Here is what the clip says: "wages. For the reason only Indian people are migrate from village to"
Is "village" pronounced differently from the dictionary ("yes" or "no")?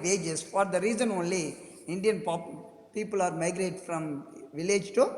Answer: no